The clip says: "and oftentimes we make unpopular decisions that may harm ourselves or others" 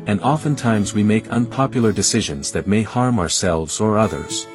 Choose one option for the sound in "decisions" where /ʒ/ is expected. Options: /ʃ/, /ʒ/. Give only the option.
/ʒ/